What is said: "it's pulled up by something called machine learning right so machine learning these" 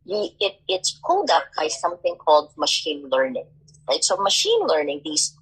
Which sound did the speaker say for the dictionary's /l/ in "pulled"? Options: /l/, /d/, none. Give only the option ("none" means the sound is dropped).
none